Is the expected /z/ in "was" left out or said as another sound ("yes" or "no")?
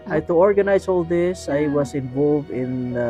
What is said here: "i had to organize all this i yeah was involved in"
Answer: yes